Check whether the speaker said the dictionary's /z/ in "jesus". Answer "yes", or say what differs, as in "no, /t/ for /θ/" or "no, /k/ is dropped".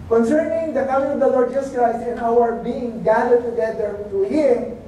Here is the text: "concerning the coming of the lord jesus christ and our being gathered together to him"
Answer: no, /s/ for /z/